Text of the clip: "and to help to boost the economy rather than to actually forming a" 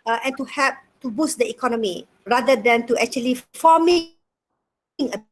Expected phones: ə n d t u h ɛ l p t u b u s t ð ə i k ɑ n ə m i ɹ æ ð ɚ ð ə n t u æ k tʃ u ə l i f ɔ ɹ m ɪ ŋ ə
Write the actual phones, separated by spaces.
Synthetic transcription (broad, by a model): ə n t u h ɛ p t u b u s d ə i k ɑ n ə m i ɹ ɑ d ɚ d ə n t u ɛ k tʃ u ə l i f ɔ m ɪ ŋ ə